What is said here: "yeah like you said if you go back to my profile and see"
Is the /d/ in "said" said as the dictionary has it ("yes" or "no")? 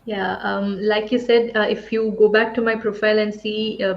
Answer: yes